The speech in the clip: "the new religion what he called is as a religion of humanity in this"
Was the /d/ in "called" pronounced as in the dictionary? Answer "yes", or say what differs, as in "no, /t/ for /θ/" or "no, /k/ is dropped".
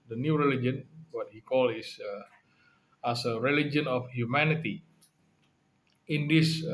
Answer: no, /d/ is dropped